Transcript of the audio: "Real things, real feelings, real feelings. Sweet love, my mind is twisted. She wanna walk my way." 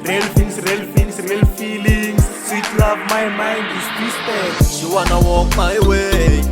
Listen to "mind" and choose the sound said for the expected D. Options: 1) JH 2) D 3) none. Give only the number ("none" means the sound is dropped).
2